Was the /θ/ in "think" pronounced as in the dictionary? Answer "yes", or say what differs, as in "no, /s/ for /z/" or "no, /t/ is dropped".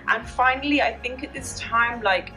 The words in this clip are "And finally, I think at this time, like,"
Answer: yes